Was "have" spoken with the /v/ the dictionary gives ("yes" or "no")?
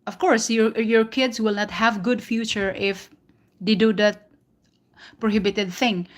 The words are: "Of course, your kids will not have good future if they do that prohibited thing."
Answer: yes